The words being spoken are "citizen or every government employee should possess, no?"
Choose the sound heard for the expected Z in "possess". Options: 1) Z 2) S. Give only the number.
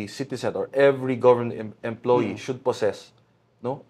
2